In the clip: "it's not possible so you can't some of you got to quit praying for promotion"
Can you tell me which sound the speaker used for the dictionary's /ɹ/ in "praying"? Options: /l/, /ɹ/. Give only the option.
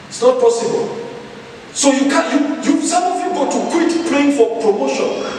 /l/